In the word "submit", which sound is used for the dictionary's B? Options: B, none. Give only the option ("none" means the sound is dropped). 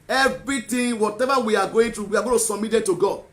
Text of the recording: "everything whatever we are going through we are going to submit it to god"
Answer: none